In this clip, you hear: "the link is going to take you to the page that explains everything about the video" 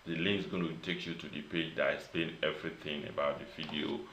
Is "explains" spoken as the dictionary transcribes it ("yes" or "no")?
no